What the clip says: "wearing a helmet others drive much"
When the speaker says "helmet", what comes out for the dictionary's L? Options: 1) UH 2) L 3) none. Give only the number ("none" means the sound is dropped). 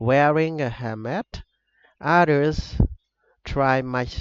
3